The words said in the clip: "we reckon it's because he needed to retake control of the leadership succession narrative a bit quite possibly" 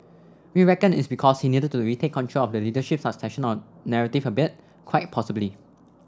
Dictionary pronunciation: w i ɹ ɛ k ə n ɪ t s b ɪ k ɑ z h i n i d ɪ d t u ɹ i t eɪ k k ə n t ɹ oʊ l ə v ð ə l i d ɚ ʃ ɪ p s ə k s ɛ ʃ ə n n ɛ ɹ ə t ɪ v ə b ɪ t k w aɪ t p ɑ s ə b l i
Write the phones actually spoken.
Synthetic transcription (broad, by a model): w i ɹ ɛ k ə n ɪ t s b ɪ k ɑ s h i n i d ɪ d t u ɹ i t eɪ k k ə n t ɹ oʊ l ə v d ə l i d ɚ ʃ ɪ p s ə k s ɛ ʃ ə n n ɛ ɹ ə t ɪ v ə b ɪ t k w aɪ t p ɑ s ə b l i